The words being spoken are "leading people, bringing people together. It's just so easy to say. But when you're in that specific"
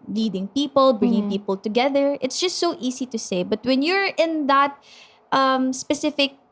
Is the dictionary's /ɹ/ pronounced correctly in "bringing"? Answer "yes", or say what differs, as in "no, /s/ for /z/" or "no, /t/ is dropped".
yes